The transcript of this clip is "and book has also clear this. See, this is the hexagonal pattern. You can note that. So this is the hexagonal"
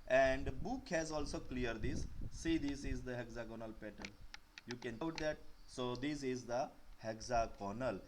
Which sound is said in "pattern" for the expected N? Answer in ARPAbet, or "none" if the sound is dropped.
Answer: L